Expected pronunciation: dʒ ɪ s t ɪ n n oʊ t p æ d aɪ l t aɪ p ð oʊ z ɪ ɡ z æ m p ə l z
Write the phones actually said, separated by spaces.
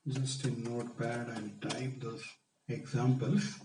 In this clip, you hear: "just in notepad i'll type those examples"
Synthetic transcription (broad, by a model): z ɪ s t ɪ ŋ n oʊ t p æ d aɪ n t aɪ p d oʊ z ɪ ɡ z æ m p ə l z